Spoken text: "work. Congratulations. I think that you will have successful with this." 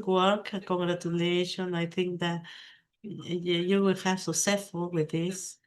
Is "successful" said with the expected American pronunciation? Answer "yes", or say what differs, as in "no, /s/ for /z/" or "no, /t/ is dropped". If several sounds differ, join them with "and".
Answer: no, /k/ is dropped